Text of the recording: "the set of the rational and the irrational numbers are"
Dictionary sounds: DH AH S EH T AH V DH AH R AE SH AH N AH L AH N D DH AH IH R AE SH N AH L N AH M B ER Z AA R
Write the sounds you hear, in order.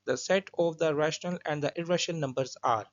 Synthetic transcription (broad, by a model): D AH S EH T AH V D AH R AE SH AH N AH L AH N D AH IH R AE SH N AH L N AH M B ER Z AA R